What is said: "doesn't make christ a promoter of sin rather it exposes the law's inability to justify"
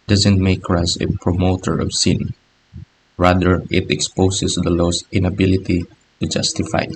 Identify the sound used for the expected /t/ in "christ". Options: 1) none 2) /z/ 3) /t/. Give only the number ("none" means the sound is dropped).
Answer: 1